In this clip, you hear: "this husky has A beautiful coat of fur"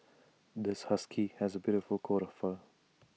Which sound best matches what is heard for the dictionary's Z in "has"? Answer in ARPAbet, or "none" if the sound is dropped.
Z